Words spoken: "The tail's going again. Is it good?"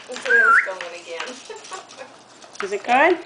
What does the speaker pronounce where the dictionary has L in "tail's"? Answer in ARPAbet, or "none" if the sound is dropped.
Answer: none